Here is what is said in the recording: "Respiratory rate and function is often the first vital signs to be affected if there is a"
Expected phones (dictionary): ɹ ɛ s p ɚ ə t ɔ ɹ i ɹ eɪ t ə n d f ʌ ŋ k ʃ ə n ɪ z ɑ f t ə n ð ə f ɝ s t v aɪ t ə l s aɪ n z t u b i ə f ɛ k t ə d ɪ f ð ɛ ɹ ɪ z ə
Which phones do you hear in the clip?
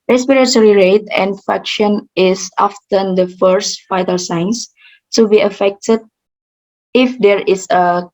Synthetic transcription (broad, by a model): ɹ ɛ s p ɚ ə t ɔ ɹ i ɹ eɪ t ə n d f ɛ k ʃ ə n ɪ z ɑ f t ə n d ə f ɝ s t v aɪ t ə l s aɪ n s t u b i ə f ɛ k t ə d ɪ f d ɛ ɹ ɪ s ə